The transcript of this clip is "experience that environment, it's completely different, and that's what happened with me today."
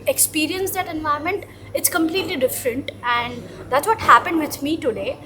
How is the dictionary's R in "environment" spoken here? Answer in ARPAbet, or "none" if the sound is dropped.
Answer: none